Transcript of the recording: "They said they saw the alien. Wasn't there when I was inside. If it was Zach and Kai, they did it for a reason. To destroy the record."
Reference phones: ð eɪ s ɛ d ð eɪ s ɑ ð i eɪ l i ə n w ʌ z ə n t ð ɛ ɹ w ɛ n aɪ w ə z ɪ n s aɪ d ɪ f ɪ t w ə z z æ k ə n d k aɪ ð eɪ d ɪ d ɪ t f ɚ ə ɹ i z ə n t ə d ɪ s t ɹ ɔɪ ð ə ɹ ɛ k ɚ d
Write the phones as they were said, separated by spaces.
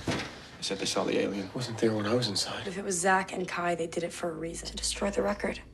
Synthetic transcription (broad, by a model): s ɛ d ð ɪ s ɑ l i eɪ l i ə n w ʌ z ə n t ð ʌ ɹ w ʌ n aɪ w ə z ɪ n s aɪ d ɪ f ɪ t w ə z z æ k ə n k aɪ ð eɪ d ɪ d ɪ t f ɚ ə ɹ i z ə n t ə d ɪ s t ɹ ɔɪ ð ə ɹ ɛ k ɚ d